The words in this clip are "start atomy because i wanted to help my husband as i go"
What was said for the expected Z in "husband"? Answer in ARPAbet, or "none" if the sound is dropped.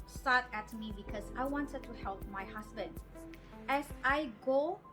S